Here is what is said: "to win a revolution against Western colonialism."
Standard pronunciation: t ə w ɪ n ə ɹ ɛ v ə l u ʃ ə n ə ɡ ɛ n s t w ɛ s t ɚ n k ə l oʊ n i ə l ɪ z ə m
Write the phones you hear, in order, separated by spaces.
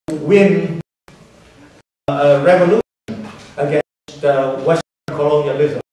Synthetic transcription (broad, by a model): w ɪ n ə ɹ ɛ v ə l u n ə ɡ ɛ s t w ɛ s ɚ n k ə l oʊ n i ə l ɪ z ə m